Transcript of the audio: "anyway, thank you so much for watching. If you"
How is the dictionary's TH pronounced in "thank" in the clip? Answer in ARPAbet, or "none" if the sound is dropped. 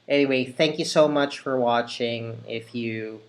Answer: TH